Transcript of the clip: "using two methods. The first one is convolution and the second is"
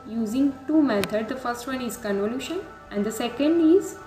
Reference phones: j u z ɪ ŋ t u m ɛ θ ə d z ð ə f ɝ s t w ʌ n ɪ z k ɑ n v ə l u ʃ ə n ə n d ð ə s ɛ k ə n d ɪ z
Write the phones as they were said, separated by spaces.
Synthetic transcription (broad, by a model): j u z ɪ ŋ t u m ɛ t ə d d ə f ɝ s t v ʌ n ɪ z k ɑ n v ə l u ʃ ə n ə n d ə s ɛ k ə n d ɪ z